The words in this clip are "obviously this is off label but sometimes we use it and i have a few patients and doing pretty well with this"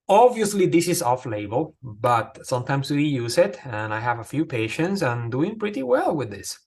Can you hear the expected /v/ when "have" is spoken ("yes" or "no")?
yes